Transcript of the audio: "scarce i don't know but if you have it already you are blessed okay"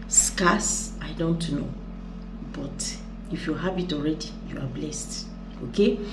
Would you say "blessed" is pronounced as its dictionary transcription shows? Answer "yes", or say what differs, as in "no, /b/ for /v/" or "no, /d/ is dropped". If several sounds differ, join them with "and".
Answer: yes